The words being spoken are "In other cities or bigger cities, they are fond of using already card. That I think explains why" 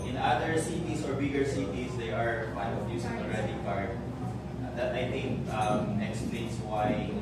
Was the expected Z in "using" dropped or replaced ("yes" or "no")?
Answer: yes